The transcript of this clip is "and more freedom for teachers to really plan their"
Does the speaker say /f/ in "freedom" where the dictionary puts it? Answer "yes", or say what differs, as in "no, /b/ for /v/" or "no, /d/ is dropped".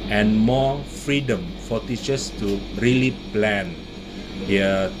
yes